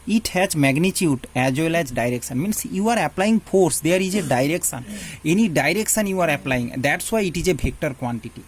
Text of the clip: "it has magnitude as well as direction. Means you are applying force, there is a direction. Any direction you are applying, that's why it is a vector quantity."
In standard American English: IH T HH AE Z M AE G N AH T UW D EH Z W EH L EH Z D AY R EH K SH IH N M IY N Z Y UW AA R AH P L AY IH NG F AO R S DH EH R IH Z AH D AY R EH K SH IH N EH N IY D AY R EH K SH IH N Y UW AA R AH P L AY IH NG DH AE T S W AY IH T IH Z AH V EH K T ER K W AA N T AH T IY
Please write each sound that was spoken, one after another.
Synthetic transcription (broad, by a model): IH T HH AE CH M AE G N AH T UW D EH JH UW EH L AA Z D AY R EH K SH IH N M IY N S Y UW AA R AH P L AY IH NG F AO R S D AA R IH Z AH D AY R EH K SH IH N EH N IY D AY R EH K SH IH N Y UW AA R AH P L AY IH NG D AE T S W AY IH T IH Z AH B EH K T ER K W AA N T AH T IY